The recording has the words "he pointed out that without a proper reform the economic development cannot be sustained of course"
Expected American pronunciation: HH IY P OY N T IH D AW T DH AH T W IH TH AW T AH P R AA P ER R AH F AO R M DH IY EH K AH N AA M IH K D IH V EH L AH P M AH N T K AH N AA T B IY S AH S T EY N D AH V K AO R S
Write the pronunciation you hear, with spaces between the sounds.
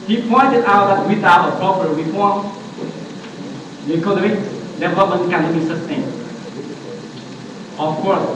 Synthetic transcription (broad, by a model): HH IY P OY N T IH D AW T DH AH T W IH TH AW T AH P R AA P ER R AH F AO R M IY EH K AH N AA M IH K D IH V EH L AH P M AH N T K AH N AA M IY S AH S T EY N AH F K AO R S